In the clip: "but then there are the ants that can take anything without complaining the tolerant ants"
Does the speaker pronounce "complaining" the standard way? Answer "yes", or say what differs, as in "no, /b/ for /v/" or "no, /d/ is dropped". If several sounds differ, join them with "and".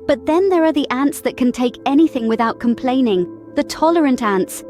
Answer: yes